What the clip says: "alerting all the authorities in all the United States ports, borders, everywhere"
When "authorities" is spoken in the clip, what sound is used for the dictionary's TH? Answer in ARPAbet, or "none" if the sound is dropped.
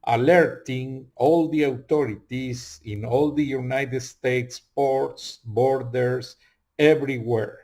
T